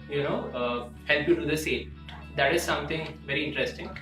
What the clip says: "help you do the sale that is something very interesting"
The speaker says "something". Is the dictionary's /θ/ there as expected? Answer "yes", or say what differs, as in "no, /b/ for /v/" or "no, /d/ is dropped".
no, /t/ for /θ/